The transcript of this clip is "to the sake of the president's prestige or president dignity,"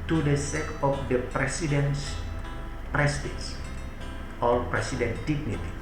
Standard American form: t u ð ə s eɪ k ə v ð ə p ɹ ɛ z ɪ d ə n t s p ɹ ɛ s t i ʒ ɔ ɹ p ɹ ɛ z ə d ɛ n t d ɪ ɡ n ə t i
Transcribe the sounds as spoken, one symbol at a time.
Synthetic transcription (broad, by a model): t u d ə s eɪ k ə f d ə p ɹ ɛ s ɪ d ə n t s p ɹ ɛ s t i s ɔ l p ɹ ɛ s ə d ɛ n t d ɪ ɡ n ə t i